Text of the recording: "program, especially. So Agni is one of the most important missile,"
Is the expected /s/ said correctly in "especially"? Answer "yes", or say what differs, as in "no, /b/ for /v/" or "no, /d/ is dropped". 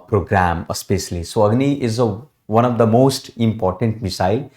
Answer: yes